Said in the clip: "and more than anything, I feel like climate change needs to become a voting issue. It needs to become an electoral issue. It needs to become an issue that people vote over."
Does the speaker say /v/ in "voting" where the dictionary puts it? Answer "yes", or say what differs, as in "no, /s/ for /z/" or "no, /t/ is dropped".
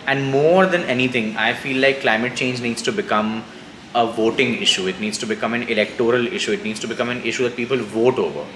yes